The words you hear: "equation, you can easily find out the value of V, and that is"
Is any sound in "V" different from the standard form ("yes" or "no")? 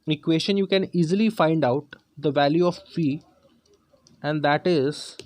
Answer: yes